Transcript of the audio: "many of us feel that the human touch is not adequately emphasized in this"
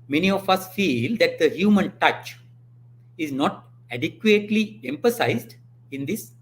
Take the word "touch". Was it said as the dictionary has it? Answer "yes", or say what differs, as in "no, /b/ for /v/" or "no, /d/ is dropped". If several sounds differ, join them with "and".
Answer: yes